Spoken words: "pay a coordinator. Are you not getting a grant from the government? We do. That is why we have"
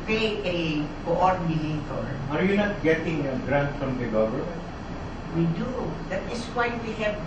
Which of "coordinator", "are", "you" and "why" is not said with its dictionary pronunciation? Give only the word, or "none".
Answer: coordinator